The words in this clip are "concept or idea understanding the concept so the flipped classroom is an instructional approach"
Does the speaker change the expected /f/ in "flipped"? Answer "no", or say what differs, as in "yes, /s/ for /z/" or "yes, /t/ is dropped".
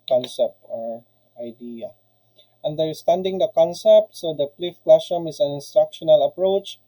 yes, /p/ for /f/